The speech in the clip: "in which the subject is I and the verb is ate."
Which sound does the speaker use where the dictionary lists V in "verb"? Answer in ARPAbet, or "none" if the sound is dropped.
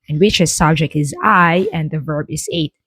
V